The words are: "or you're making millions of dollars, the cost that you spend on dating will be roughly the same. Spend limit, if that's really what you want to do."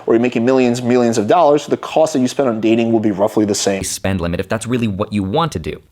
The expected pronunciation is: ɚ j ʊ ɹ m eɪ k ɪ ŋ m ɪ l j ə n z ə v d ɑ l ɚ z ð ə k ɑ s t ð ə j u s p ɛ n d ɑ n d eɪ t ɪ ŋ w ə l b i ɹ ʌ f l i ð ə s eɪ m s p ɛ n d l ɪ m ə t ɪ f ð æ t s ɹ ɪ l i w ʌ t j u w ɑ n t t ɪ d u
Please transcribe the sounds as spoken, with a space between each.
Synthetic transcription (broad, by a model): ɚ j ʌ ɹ m eɪ k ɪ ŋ m ɪ l j ə n z ə v d ɑ l ɚ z ð ə k ɑ s t ð ə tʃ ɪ s p ɛ n d n d eɪ t ɪ ŋ w ə l b i ɹ ʌ f l i ð ə s eɪ s p ɛ n d l ɪ m ə t ɪ f ð æ t s ɹ ɪ l i w ʌ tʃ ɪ w ɑ n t t ɪ d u